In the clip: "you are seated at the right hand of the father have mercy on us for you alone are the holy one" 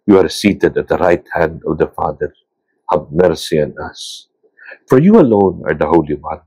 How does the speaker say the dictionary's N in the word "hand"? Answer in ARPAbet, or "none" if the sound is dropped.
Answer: N